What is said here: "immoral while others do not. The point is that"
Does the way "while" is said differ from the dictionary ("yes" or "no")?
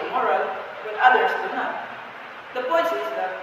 yes